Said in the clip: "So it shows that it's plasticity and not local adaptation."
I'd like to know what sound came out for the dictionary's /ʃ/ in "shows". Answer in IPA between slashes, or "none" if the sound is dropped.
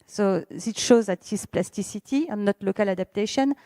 /ʃ/